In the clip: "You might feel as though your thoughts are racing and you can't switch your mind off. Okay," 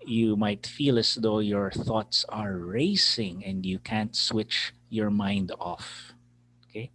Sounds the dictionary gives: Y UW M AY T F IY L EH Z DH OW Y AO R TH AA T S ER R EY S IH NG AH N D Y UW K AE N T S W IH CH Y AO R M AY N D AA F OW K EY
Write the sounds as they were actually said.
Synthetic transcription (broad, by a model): Y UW M AY T F IY L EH S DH OW Y AO R TH AA T S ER R EY S IH NG AH N D Y UW K AE N T S W IH CH Y AO R M AY N D AA F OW K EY